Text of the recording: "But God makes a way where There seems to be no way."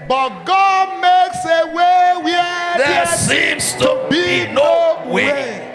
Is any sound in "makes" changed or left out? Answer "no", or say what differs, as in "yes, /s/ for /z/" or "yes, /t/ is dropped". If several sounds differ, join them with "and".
no